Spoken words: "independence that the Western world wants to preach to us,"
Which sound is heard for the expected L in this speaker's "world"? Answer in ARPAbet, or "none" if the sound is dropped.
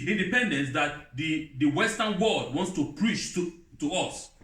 none